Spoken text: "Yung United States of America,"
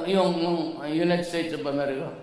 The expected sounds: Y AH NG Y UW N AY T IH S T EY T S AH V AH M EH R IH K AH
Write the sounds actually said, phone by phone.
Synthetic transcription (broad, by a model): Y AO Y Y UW N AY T S T EY T S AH P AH M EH R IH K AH